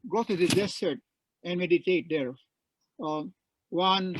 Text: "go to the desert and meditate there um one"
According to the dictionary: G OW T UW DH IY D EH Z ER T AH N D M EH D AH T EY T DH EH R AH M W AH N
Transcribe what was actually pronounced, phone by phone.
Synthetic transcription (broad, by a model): G OW T UW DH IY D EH S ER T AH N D M EH D AH T EY T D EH R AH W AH N